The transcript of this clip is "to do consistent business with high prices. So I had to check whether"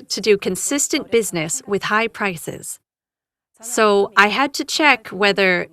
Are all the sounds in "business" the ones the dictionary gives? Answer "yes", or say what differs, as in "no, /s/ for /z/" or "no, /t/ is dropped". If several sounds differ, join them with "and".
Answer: yes